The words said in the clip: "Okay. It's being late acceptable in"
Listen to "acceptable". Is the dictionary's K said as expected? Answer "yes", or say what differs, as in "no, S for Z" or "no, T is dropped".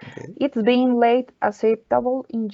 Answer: no, K is dropped